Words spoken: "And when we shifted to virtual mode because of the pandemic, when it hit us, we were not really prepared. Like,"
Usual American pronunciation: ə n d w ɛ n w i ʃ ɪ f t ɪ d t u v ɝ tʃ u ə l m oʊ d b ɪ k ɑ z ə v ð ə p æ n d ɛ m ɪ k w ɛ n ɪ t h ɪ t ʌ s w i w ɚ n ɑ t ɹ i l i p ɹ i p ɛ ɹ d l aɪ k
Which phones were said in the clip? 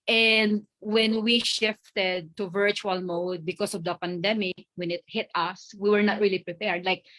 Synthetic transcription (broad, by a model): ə n d w ɛ n w i ʃ ɪ f t ɪ d t u v ɝ tʃ u ə l m oʊ d b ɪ k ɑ s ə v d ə p æ n d ɛ m ɪ k w ɛ n ɪ t h ɪ t ʌ s w i w ɚ n ɑ t ɹ i l i p ɹ i p ɛ ɹ d l aɪ k